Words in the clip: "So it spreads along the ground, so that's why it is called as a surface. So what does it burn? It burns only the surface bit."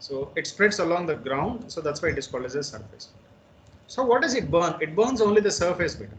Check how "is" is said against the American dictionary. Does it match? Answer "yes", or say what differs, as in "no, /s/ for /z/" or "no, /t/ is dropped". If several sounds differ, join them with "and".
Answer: no, /s/ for /z/